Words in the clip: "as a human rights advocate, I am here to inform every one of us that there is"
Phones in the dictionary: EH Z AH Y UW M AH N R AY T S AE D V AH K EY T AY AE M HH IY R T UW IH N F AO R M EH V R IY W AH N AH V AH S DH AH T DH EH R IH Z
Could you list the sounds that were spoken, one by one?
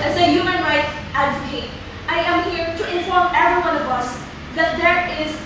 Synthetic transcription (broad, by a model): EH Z AH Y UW M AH N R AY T AE D V AH K EY T AY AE M HH IY R T UW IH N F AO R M EH V R IY W AH N AH V AH S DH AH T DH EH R IH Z